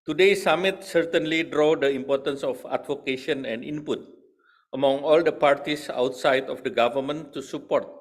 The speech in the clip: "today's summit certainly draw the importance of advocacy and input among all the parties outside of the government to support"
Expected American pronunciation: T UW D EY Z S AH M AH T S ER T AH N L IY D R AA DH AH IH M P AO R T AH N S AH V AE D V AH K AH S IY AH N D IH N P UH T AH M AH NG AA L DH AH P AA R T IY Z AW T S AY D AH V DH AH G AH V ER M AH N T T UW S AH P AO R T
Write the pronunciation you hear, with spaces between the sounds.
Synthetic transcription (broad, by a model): T UW D EY S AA M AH T S ER T AH N L IY D R AA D AH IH M P AO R T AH N S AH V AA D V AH K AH SH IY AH N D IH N P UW T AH M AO NG AA L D AH P AA R T IY S AW T S AY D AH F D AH G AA V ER M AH N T T UW S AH P AO R T